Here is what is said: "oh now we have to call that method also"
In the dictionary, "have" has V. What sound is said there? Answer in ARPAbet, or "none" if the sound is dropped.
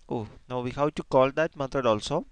W